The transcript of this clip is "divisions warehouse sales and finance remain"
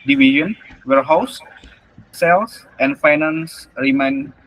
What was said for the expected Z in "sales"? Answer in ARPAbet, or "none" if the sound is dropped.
S